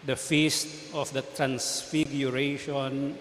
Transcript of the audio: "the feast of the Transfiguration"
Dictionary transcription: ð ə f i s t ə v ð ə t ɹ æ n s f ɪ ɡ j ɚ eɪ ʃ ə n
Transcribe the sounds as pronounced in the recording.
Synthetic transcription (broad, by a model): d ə f i s t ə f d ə t ɹ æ n s f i ɡ j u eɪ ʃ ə n